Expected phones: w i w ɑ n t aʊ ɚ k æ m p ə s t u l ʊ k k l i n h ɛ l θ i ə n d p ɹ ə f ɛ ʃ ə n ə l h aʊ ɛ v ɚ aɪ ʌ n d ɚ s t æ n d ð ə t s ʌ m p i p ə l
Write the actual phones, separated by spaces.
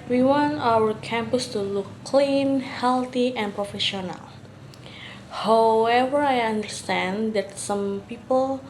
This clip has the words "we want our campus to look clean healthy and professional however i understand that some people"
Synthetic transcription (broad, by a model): w i w ɑ n t aʊ ɚ k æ m p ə s t u l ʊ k k l i n h ɛ l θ i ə n p ɹ ə f ɛ ʃ ə n ə l h aʊ ɛ v ɚ aɪ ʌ n d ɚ s t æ n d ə t s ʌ m p i p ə l